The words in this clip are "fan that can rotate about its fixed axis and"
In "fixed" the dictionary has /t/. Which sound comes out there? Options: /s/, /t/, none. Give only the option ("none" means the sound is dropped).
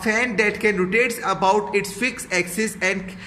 none